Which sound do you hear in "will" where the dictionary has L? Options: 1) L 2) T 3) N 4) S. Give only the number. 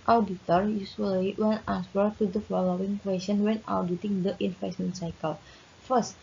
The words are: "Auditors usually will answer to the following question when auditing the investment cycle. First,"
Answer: 3